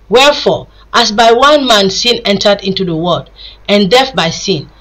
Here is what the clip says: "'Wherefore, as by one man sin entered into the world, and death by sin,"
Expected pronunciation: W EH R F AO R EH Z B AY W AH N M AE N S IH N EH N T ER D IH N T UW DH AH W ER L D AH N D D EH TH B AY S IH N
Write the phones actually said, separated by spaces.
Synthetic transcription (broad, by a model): W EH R F AO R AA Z B AY W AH N M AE N S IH N EH N T ER D IH N T UW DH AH W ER D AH N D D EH F B AY S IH N